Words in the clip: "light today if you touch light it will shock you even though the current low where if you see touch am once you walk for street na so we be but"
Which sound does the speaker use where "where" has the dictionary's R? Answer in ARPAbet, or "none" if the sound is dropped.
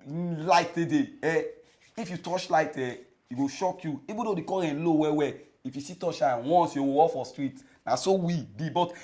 W